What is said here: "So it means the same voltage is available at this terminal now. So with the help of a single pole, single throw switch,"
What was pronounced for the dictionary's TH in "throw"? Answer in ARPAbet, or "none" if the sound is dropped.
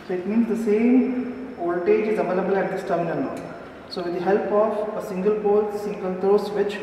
T